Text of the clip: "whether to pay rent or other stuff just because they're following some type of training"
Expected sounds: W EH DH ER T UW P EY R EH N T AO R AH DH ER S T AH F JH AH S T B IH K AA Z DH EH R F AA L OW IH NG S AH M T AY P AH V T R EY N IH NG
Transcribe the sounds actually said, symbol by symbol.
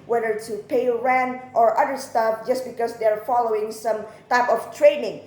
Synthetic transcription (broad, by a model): W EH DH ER T UW P EY R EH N T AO R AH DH ER S T AH F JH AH S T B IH K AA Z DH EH R F AA L OW IH NG S AH M T AY P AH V T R EY N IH NG